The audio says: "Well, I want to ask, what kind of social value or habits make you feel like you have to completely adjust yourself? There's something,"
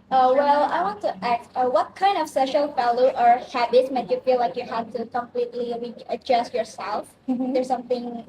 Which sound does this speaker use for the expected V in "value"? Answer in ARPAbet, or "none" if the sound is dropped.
F